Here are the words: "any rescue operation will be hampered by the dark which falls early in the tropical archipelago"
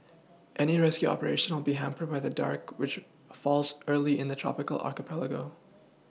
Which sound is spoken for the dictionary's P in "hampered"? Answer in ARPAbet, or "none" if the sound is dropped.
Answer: P